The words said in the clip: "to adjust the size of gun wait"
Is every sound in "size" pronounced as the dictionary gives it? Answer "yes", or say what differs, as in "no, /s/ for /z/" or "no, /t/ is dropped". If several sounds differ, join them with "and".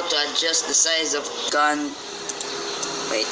yes